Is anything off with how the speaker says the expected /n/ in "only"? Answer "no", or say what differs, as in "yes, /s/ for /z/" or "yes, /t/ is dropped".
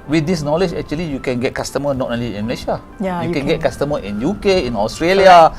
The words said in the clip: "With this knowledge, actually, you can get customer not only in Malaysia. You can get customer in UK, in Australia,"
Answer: yes, /n/ is dropped